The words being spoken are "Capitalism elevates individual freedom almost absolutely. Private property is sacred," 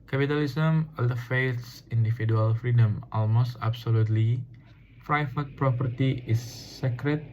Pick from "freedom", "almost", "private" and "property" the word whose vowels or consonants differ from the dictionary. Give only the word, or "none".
private